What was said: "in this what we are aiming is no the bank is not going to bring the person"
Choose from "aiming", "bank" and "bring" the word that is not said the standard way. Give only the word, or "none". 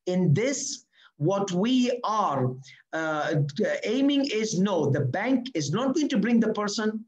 none